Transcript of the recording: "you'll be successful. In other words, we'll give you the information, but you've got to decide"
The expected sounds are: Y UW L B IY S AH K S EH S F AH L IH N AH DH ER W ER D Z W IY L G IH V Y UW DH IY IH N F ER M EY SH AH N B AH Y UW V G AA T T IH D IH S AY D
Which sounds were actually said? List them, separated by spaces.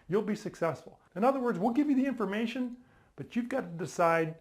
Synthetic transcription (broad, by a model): Y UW L B IY S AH K S EH S F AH L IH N AH DH ER W ER D Z W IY L G IH V Y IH DH IY IH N F ER M EY SH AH N B AH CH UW V G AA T T IH D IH S AY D